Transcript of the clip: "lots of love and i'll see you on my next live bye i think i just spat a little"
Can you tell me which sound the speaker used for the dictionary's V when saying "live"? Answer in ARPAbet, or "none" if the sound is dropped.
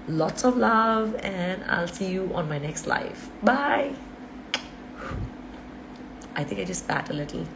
F